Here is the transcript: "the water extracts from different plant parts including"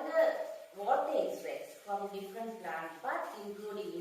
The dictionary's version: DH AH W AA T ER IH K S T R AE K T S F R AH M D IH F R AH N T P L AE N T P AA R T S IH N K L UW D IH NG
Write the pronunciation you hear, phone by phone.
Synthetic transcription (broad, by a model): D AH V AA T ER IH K S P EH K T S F R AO M D IH F R AH N T P L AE N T B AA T IH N K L UW D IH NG